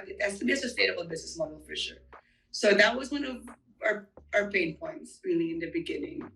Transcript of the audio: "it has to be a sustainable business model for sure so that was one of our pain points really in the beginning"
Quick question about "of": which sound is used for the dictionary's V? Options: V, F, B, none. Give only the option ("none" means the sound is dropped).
V